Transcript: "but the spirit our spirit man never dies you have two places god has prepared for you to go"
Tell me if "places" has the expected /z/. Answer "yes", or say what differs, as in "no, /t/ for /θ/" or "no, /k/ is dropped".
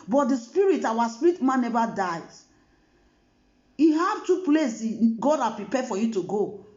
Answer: no, /z/ is dropped